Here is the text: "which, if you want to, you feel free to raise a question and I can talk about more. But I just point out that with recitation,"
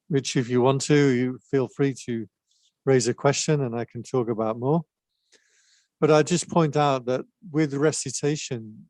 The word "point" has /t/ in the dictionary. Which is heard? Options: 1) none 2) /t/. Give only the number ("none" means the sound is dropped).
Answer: 2